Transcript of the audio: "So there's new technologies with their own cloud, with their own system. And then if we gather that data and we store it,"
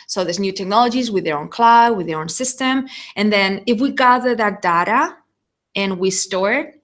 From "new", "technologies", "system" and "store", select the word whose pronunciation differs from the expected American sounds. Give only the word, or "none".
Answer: none